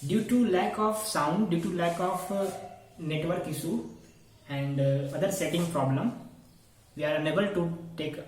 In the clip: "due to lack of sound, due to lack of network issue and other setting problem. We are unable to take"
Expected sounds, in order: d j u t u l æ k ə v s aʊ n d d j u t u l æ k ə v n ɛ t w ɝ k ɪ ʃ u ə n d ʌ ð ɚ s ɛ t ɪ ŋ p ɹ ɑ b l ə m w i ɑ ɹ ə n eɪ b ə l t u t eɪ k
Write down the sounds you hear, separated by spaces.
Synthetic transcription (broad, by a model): d j u t u l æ k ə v s aʊ n d d j u t u l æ k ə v n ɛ t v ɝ k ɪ s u ə n d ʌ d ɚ s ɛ t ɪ ŋ p ɹ ɑ b l ə m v i ɑ ɹ ə n eɪ b ə l t u t eɪ k